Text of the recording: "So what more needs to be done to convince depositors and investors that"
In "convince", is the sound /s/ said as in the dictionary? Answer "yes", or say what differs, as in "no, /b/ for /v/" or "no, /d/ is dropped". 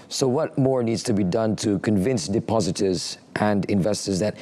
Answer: yes